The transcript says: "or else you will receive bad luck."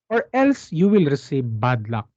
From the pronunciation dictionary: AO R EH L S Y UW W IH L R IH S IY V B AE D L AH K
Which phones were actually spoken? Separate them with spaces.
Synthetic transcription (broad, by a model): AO R EH L S Y UW W IH L R IH S IY V B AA D L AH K